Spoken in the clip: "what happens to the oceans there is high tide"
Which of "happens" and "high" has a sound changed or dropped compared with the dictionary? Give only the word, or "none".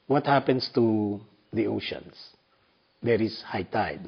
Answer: happens